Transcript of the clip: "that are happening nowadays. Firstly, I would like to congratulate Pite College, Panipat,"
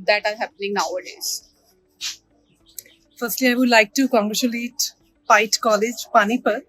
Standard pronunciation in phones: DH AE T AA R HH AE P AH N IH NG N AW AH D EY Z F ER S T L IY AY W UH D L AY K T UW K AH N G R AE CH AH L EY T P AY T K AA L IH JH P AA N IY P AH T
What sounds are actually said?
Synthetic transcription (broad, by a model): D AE T AA R HH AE P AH N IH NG N AW AH D EY Z F ER S T L IY AY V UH D L AY K T UW K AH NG G R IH SH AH L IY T P AY T K AA L IH JH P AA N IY P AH T